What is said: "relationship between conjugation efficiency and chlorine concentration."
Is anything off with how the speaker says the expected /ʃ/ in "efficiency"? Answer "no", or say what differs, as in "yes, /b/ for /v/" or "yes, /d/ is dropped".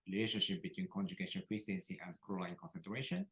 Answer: yes, /s/ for /ʃ/